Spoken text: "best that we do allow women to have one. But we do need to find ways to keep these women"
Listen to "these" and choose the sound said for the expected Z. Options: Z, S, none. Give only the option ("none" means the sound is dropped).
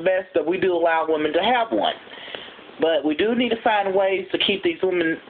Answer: Z